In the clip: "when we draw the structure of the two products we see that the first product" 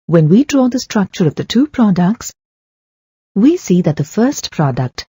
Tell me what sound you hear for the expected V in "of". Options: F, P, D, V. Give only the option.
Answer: V